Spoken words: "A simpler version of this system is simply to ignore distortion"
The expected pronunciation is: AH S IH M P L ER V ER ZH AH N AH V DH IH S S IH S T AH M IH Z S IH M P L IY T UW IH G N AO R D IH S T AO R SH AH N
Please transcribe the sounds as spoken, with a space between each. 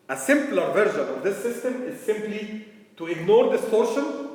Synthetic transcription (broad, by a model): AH S IH M P L ER V ER ZH AH N AH V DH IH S S IH S T AH M IH Z S IH M P L IY T UW IH G N AO R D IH S T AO R SH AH N